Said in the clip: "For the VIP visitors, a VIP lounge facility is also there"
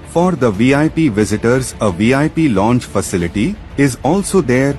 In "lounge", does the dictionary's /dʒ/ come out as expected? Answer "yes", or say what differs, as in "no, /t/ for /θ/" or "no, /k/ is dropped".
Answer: no, /tʃ/ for /dʒ/